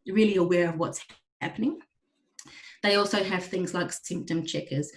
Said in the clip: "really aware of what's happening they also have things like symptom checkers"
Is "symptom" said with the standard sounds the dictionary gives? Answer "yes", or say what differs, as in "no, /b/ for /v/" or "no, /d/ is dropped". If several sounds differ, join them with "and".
yes